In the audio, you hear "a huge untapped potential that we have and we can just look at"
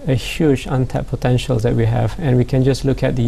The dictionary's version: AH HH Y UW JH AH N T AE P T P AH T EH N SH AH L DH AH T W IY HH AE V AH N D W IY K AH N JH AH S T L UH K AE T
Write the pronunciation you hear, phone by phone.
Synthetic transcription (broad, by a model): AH HH Y UW JH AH N T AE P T P AH T EH N SH AH L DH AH T W IY HH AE V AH N W IY K AH N JH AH S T L UH K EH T